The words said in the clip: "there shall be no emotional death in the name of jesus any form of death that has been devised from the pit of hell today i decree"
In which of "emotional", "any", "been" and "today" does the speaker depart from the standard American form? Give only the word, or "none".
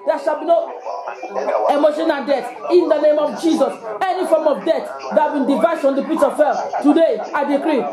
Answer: emotional